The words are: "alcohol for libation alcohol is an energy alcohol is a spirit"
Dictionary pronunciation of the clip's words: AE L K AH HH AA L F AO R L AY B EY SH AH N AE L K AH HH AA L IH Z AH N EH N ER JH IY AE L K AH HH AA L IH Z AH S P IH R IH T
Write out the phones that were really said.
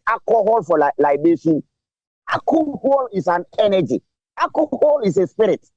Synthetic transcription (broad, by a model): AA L K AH HH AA L F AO L L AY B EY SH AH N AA K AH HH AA L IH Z AH N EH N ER JH IY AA K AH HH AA L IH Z AH S P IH R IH T